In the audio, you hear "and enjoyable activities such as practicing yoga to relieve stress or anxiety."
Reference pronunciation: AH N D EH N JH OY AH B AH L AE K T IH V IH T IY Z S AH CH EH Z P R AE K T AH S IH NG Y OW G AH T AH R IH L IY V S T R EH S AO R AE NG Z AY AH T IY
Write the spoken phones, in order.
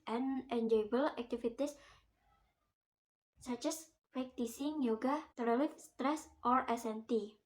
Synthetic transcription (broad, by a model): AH N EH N JH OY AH B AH L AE K T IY F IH T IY S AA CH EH S P R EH K T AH S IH NG Y OW G AH T AH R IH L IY F S T R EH S AO R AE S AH T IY